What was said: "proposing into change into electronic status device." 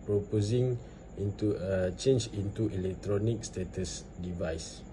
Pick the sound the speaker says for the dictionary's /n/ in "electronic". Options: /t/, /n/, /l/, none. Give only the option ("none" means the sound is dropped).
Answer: /n/